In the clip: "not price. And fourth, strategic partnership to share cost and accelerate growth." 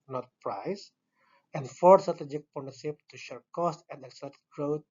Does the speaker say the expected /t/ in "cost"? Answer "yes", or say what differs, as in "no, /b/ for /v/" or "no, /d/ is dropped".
yes